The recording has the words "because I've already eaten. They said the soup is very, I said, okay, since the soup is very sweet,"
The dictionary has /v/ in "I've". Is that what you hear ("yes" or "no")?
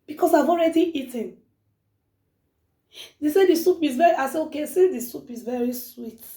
yes